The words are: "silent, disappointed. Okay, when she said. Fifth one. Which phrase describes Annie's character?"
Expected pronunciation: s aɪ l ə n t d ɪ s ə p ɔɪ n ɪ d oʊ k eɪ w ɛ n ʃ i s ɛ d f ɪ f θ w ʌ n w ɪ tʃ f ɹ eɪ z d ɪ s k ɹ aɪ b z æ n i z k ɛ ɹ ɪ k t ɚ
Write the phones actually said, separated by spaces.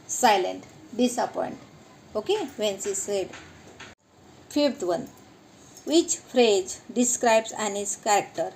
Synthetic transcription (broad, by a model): s aɪ l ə n t d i s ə p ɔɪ n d oʊ k eɪ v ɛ n s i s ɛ d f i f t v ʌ n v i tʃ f ɹ eɪ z d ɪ s k ɹ aɪ b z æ n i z k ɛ ɹ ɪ k t ɚ